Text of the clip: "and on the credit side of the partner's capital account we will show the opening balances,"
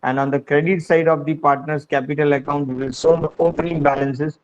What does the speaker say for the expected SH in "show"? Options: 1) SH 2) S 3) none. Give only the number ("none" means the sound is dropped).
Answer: 2